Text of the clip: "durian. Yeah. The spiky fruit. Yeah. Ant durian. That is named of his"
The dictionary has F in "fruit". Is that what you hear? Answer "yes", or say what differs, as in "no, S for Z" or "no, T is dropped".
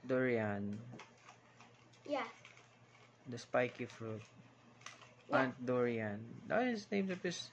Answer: yes